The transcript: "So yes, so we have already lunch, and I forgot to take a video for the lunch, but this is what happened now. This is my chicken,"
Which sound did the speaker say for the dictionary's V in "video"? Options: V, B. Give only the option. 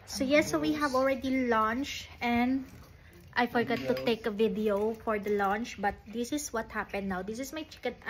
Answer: V